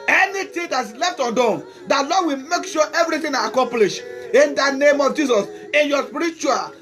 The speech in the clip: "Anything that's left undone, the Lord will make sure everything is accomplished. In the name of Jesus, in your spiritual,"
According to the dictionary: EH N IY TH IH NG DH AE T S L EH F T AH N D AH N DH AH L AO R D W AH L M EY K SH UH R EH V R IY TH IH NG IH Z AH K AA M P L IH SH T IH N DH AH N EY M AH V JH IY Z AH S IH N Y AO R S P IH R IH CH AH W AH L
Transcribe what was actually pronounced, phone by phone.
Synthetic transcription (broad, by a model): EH N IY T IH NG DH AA T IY L EH F T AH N D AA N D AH L AO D W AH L M EY K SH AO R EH V R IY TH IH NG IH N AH K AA M P L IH SH IH N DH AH N EY M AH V JH IY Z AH S IH N Y AO S P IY R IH CH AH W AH L